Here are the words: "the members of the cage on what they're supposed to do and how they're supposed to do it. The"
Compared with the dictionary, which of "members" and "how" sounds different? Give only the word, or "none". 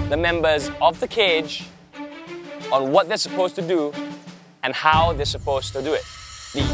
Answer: none